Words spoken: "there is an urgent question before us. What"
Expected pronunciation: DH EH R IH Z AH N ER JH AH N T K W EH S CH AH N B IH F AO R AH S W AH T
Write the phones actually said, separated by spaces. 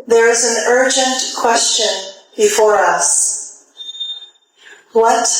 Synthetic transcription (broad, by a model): DH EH R IH Z AH N ER JH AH N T K W EH S CH AH N B IH F AO R AH S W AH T